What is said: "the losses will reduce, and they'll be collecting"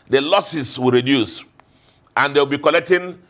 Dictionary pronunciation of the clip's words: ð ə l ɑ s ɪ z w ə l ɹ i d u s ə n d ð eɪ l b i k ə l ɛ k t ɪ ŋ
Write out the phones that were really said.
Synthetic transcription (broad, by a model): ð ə l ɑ s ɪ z w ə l ɹ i d u s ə n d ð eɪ w b i k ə l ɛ k t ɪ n